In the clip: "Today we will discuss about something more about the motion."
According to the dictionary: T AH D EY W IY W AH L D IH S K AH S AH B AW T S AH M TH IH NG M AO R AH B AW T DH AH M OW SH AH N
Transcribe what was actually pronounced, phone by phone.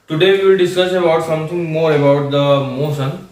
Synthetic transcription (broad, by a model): T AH D EY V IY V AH L D IH S K AH S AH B AW T S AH M T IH NG M AO R AH B AW T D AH M OW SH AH N